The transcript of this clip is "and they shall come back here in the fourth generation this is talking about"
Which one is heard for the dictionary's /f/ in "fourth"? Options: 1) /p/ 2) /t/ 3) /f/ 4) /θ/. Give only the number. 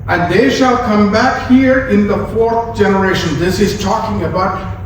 3